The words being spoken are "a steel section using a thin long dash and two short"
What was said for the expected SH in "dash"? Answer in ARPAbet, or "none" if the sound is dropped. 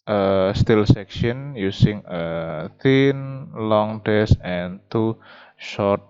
S